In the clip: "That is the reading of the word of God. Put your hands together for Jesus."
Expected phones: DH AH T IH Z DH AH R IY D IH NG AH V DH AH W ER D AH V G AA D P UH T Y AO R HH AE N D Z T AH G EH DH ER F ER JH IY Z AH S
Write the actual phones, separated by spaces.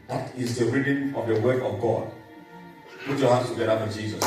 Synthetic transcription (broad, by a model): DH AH T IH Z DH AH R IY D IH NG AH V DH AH W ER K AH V G AA D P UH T Y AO HH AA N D S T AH G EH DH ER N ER JH IY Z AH S